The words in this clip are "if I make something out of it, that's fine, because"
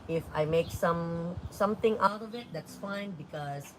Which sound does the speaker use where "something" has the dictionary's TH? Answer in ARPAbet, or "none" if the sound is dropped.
T